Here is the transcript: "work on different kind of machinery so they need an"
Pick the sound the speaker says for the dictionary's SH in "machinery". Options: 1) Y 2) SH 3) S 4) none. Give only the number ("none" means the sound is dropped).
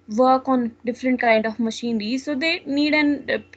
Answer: 2